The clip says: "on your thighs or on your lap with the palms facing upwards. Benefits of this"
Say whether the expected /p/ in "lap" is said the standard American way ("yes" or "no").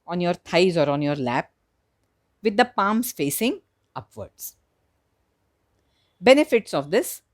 yes